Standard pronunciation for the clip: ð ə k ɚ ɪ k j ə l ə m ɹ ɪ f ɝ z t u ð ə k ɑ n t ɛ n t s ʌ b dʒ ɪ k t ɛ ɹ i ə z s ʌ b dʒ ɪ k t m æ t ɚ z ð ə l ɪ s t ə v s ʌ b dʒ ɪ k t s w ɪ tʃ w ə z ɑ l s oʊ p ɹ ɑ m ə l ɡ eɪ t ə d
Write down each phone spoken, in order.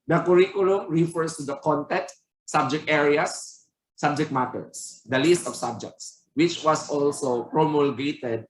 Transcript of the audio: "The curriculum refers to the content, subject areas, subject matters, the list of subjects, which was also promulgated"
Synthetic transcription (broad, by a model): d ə k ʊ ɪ k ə l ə m ɹ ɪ f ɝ s t u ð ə k ɑ n t ɛ n t s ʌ b dʒ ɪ k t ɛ ɹ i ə s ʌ b dʒ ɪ k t m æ t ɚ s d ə l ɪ s t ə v s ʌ b dʒ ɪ k t s w ɪ tʃ w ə s ɑ l s oʊ p ɹ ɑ m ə l ɡ eɪ t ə d